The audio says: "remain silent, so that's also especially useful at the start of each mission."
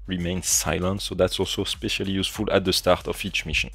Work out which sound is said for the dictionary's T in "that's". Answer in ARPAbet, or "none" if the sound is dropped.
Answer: T